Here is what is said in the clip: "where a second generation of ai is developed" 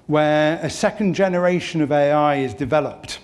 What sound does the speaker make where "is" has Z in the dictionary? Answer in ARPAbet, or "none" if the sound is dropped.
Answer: Z